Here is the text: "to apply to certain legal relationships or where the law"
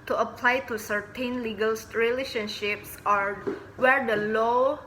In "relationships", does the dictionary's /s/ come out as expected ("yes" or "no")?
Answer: yes